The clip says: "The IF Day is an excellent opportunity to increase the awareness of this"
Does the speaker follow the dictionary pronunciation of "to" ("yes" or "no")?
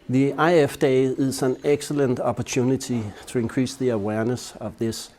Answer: no